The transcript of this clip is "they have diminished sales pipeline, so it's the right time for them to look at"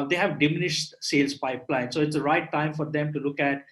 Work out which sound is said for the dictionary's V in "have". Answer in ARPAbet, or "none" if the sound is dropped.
V